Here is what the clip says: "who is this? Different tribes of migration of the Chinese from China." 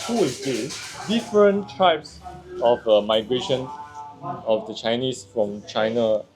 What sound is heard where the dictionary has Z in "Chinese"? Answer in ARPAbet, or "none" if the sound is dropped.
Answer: S